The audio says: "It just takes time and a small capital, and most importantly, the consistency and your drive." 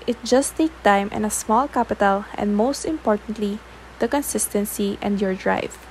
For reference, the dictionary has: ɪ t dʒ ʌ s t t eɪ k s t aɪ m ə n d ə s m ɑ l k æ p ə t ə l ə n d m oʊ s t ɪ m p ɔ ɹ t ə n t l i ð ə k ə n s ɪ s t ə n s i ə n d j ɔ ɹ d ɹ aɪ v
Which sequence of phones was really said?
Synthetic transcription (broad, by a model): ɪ t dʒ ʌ s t t eɪ k t aɪ m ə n ə s m ɑ l k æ p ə t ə l ə n d m oʊ s t ɪ m p ɔ ɹ t ə n t l i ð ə k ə n s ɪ s t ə n s i ə n d j ɔ ɹ d ɹ aɪ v